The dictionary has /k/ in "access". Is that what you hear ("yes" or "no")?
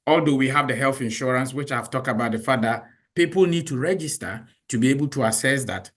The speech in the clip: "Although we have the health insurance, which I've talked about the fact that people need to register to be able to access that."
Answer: no